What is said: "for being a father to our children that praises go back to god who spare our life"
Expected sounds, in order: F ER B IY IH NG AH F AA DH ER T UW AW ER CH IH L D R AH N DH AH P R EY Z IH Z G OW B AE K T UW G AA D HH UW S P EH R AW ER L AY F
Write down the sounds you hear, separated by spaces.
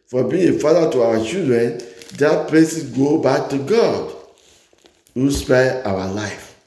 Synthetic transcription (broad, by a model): F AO B IY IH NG AH F AA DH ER T UW AW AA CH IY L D R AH N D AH P L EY S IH G OW B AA K T UW G AA D HH UW S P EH AW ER L AY F